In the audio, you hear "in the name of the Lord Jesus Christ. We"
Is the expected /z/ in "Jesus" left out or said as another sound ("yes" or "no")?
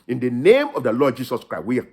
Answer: yes